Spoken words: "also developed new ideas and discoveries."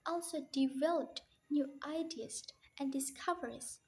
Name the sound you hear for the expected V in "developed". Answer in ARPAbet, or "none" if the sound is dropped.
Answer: V